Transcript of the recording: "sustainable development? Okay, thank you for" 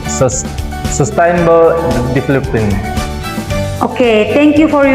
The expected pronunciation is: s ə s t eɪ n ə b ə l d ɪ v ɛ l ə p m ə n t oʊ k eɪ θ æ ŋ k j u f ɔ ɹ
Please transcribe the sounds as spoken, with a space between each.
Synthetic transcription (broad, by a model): s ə s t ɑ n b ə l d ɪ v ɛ l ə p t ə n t oʊ k eɪ t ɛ ŋ k j u f ɔ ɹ